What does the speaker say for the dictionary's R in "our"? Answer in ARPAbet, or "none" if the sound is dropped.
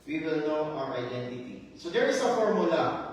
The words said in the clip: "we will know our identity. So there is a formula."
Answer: W